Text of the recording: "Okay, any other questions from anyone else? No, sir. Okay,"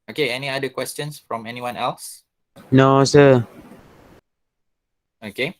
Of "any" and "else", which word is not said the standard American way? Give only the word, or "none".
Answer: none